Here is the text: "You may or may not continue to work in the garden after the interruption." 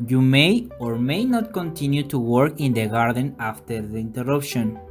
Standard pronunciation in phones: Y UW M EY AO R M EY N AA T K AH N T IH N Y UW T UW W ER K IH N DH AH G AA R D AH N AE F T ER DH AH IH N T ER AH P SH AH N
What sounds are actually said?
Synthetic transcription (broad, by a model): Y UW M EY AO R M EY N AA T K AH N T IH N Y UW T UW W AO K IH N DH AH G AA R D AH N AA F T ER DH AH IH N T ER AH P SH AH N